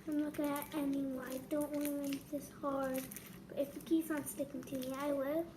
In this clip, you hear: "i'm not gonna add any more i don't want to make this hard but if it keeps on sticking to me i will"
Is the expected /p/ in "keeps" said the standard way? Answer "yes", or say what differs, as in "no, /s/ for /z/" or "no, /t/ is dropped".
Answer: no, /p/ is dropped